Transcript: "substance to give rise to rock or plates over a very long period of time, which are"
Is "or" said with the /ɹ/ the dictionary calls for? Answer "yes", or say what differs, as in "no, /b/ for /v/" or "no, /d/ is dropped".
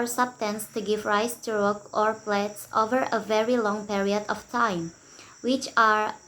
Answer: yes